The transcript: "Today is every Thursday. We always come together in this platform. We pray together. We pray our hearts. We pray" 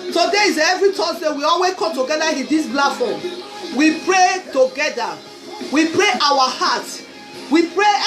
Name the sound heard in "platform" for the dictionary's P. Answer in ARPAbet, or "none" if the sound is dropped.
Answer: B